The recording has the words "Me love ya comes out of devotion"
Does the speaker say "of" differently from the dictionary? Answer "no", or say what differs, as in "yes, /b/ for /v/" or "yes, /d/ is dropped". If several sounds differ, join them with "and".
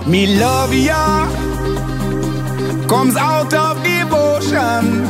yes, /f/ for /v/